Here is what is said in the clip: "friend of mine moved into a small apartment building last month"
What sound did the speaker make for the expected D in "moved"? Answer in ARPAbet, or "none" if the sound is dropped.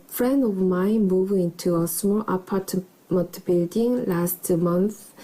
none